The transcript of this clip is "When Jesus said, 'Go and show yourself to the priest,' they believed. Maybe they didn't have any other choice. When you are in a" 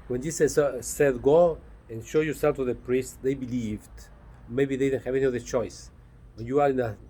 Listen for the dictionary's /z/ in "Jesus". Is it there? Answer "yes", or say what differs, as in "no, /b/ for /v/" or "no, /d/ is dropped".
no, /s/ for /z/